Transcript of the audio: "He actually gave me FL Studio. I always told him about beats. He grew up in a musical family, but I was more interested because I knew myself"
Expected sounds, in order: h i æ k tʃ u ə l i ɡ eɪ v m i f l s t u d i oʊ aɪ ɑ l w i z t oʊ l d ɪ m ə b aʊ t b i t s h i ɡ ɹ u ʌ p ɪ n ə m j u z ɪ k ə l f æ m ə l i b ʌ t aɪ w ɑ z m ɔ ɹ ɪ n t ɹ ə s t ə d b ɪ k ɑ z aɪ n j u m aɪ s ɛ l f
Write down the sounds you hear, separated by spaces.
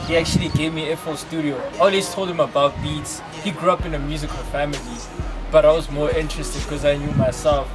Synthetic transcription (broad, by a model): h i æ k tʃ u ə l i ɡ eɪ v m i f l s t u d i oʊ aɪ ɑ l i s t oʊ l d ɪ m ə b aʊ t b i t s h i ɡ ɹ u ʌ p ɪ n ə m j u z ɪ k ə l f æ m ə l i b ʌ t aɪ w ɑ z m ɔ ɹ ɪ n t ɹ ə s t ə d k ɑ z aɪ n j u m aɪ s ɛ l f